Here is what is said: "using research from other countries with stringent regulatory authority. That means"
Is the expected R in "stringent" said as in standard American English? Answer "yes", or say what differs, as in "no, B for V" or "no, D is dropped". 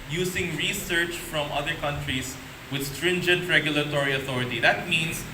yes